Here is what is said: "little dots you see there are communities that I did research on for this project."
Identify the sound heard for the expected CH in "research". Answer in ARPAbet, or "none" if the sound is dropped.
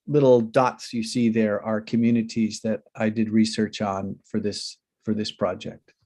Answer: CH